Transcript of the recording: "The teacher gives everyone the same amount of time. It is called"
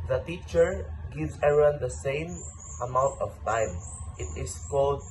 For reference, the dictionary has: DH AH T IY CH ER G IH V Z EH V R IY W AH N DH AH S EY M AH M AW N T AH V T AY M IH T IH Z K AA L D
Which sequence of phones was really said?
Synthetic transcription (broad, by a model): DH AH T IY CH ER G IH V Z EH R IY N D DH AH S EY M AH M AW N T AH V T AY M IH T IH S K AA L D